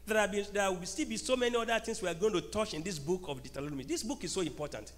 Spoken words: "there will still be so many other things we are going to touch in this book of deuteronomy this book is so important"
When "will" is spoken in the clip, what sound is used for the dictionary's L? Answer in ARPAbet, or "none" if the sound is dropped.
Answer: W